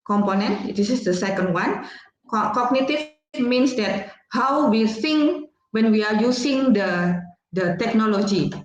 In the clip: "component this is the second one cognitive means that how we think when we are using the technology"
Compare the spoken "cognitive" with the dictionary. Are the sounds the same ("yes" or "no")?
no